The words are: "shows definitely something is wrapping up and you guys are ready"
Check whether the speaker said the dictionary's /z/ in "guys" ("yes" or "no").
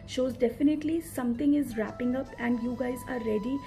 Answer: yes